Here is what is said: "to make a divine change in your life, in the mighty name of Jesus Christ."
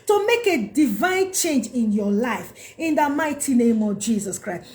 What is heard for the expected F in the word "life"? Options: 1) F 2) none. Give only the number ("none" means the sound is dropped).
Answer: 1